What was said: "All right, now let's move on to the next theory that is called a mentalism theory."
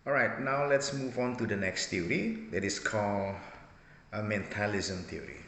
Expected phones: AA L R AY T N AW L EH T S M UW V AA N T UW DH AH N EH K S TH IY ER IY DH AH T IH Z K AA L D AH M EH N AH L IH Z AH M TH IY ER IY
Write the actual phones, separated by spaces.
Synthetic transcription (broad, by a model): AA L R AY T N AW L EH T S M UW V AA N T UW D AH N EH K S T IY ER IY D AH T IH S K AA L AH M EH N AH L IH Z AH M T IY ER IY